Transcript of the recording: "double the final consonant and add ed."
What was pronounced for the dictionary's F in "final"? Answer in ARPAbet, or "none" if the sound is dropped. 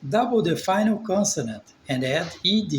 F